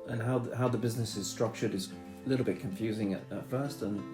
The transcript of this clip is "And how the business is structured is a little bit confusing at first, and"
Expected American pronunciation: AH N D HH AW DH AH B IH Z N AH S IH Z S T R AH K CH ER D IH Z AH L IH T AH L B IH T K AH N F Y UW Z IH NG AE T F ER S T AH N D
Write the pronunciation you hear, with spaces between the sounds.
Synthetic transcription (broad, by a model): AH N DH HH AW DH AH B IH Z N AH S IH Z S T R AH K CH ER D IH Z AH L IH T L B IH T K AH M F Y UW Z IH NG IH T F ER S T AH N